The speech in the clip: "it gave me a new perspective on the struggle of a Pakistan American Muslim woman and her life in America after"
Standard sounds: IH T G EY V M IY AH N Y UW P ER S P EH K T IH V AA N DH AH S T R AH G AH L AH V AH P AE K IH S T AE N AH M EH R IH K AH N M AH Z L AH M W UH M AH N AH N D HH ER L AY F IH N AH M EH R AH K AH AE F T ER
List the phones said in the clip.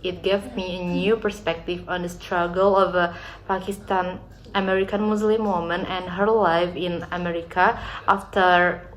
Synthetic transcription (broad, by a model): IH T G EY V M IY AH N Y UW P ER S P EH K T IH V AA N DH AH S T R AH G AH L AH V AH P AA K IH S T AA N AH M EH R IH K AH N M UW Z L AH M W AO M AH N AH N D HH ER L AY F IH N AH M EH R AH K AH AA F T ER